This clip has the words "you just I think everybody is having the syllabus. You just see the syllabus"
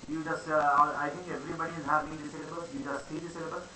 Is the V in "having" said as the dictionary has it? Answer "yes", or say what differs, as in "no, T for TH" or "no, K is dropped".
no, V is dropped